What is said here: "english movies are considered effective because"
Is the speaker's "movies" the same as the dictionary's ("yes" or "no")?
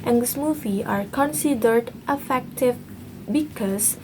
no